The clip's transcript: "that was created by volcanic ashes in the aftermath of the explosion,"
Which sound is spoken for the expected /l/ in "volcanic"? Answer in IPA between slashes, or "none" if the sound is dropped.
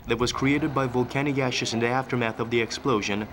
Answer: /l/